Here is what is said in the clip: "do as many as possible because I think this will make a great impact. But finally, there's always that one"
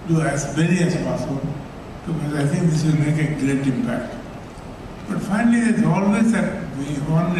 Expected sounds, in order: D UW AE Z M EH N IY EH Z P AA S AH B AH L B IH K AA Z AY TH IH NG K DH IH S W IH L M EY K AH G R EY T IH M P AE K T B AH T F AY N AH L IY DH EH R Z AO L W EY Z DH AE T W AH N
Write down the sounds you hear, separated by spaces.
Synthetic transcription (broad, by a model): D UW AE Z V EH L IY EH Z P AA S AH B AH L B IH K AA Z AY T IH NG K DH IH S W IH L M EY K AH G R EY T IH M P AE K T B AH T F AY N AH L IY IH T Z AO L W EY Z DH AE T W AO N